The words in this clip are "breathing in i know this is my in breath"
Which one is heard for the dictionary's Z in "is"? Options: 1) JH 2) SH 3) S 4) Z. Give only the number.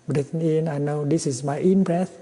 3